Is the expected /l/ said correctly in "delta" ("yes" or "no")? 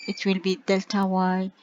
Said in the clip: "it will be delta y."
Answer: yes